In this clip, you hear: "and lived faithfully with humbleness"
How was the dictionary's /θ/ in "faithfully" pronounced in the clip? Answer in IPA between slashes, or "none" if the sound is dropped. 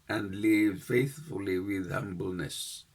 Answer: /θ/